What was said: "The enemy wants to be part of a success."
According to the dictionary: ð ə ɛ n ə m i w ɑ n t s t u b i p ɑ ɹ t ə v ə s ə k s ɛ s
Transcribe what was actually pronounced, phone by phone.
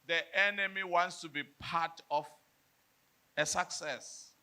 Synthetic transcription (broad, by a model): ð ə ɛ n ə m i w ɑ n t s t u b i p ɑ t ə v ə s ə k s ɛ s